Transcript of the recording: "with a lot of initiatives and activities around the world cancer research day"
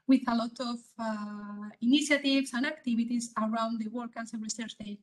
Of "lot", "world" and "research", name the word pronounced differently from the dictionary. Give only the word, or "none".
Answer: world